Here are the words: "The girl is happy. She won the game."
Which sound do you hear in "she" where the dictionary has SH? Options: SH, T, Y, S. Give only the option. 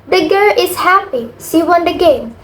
S